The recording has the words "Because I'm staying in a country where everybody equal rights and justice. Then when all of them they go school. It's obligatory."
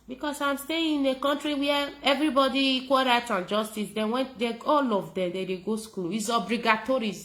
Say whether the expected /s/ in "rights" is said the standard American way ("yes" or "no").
no